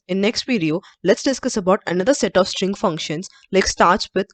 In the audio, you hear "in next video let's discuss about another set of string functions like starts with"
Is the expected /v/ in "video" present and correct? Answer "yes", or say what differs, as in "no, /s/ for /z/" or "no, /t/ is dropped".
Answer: no, /p/ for /v/